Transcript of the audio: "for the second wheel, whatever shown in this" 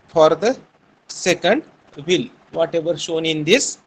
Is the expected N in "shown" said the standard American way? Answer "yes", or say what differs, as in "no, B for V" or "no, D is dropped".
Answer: yes